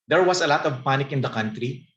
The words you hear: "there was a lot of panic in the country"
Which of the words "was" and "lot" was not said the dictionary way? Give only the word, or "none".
was